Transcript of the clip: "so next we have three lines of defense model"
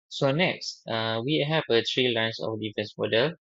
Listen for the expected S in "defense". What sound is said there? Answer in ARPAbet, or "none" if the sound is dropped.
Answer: S